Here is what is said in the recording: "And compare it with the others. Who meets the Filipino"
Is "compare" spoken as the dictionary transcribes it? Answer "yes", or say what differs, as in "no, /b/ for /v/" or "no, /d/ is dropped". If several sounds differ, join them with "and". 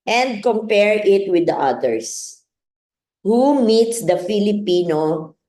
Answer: yes